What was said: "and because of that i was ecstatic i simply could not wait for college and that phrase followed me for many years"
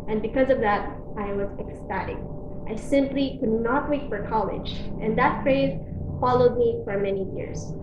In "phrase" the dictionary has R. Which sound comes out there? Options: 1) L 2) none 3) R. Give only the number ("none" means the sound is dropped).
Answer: 3